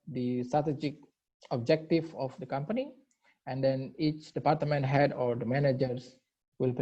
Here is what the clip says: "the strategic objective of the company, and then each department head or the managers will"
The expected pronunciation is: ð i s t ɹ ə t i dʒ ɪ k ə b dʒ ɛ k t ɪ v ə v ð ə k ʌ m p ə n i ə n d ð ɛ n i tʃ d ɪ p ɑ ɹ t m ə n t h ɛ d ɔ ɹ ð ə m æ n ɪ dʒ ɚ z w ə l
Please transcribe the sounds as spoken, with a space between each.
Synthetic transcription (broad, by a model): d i s t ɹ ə t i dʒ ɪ k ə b dʒ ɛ k t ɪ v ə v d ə k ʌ m p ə n i ə n d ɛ n i tʃ d ɪ p ɑ ɹ t m ə n t h ɛ d ɔ ɹ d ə m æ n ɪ dʒ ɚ s w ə l